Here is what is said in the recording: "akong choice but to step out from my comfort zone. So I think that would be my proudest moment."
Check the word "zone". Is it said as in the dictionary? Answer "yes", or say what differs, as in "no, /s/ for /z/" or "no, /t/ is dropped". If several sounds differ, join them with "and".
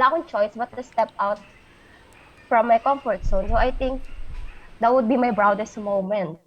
no, /s/ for /z/